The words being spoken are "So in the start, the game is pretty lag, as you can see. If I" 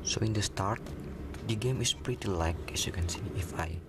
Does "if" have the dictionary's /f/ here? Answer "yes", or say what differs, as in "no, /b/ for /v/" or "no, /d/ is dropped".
yes